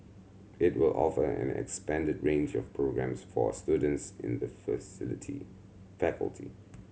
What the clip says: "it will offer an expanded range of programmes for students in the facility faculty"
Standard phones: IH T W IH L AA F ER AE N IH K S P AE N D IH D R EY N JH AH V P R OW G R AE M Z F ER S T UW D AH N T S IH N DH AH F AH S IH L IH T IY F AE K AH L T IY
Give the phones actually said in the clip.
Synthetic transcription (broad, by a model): IH T W IH L AA F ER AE N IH K S P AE N D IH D R EY N JH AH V P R OW G R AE M S F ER S T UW D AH N T S IH N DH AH F AH S IH L IH T IY F AE K AH L T IY